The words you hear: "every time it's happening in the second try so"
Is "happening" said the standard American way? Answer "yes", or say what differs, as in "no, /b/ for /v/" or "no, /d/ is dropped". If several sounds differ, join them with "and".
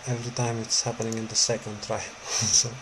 yes